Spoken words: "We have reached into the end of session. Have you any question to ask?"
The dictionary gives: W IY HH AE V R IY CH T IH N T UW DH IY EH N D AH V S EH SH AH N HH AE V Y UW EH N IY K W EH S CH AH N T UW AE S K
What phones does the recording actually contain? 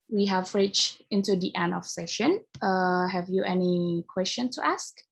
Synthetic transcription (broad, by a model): W IY HH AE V R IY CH IH N T UW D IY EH N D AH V S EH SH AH N HH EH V Y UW EH N IY K W EH S CH AH N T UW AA S K